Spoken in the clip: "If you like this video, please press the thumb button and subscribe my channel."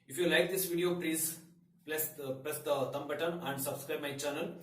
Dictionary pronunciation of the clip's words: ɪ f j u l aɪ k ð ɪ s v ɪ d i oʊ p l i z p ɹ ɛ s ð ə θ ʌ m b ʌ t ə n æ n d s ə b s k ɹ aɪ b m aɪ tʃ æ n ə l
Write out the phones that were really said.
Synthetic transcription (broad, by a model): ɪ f j u l aɪ k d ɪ s v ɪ d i oʊ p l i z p l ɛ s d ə t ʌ m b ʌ t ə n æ n d s ə b s k ɹ aɪ b m aɪ tʃ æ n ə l